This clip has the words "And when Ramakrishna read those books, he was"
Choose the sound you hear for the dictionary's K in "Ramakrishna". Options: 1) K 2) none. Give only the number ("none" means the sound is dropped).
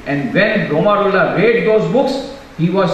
2